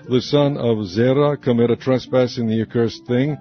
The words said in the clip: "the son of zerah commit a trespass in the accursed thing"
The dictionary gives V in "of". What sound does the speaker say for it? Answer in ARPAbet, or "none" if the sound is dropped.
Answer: V